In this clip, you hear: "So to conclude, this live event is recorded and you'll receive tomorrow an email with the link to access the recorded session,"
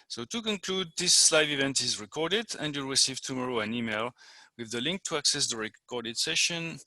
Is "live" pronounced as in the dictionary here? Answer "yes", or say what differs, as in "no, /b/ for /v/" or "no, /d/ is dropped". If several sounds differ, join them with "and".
yes